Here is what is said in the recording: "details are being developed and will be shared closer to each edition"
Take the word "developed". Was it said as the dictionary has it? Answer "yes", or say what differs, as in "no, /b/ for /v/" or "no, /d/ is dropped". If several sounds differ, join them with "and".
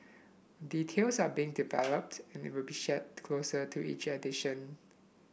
yes